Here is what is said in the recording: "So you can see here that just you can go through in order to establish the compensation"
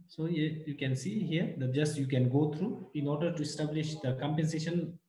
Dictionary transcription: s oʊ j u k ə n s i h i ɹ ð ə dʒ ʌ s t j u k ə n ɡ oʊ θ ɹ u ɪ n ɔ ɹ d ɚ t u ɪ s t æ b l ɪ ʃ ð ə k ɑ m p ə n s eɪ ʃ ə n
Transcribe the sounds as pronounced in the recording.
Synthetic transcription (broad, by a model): s oʊ j u k ə n s i h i ɹ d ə dʒ ʌ s t j u k ə n ɡ oʊ t ɹ u ɪ n ɔ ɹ d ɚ t u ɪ s t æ b l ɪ ʃ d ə k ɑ m p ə n s eɪ ʃ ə n